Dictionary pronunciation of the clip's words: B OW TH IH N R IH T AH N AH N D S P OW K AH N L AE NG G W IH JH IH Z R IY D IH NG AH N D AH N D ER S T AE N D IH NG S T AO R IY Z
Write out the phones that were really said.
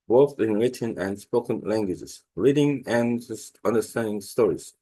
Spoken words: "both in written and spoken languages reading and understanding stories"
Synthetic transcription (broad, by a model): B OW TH IH N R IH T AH N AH N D S P OW K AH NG L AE NG G W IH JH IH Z R IY D IH NG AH N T AH N D ER S T AE N D IH NG S T AO R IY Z